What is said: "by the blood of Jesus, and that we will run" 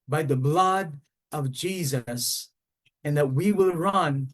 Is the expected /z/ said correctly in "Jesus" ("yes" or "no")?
yes